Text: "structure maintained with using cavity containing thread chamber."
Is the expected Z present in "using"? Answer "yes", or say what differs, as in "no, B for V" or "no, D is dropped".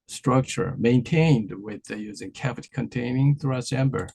yes